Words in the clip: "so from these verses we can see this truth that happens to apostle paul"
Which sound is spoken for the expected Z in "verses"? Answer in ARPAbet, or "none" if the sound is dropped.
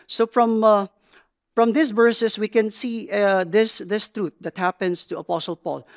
S